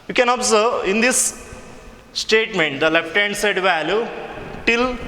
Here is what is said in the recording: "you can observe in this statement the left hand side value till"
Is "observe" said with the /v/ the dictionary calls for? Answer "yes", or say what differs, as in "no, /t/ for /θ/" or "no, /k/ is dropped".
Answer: no, /v/ is dropped